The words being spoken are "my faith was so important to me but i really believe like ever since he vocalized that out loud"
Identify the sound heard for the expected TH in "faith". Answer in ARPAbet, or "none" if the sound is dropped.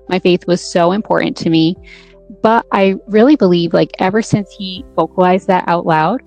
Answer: TH